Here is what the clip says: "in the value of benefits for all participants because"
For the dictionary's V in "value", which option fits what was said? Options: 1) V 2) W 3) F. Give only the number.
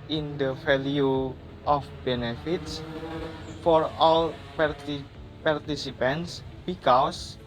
3